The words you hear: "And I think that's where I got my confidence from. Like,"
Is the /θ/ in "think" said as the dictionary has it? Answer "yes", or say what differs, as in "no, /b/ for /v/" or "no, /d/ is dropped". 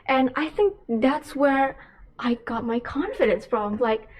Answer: yes